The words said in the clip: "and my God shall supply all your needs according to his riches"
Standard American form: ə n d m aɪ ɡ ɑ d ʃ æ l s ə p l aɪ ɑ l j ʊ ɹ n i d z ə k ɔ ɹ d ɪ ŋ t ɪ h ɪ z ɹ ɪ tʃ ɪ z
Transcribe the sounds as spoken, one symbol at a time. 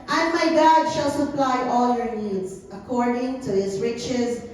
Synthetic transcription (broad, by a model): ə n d m aɪ ɡ ɑ d ʃ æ l s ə p l aɪ ɑ l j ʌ ɹ n i d z ə k ɔ ɹ d ɪ ŋ t ɪ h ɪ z ɹ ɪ tʃ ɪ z